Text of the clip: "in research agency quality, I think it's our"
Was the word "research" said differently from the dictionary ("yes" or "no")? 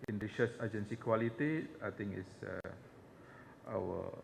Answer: yes